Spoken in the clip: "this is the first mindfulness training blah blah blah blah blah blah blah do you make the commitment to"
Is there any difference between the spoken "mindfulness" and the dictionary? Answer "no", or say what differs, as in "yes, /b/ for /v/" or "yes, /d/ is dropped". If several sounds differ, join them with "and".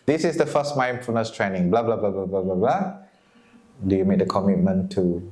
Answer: yes, /l/ is dropped